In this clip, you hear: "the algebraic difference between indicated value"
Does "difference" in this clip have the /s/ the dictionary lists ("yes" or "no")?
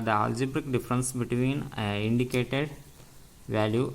yes